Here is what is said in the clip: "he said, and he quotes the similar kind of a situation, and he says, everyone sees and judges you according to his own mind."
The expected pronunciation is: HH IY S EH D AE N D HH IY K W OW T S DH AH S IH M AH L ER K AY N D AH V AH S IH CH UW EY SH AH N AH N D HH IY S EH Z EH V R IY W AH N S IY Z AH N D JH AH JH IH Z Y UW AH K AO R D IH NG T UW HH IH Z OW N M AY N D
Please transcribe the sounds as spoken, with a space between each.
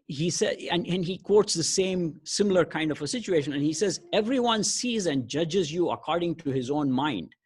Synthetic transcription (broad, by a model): HH IY S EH AE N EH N IY K W OW T S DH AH S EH M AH L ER K AY N D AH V AH S IH CH UW EY SH AH N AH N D HH IY S EH Z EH V R IY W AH N S IY Z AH N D JH AH JH IH Z Y UW AH K AO R D IH NG T UW HH IH Z OW N M AY N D